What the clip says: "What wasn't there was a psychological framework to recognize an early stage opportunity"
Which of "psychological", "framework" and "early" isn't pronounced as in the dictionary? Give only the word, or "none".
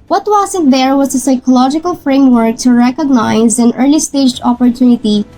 none